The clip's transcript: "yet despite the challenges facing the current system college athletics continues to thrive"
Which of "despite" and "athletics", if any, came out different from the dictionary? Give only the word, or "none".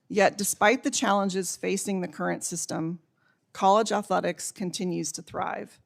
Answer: none